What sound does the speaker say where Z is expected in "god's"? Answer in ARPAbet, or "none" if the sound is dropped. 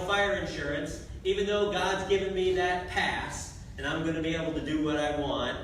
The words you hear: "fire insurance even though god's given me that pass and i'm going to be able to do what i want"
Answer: Z